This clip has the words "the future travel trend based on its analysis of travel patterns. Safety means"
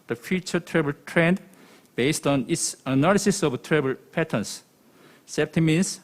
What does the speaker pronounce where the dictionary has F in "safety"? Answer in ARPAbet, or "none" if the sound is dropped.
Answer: P